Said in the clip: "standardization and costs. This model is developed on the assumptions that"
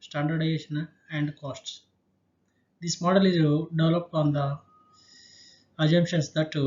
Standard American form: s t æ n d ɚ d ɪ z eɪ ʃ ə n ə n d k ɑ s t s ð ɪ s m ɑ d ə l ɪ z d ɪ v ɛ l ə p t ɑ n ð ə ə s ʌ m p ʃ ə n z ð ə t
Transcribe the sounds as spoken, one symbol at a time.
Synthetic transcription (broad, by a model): s t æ n d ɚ d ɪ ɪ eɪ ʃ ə n ə n d k ɑ s t s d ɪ s m ɑ d ə l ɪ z d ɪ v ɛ l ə p ɑ n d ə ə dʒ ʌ m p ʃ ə n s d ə t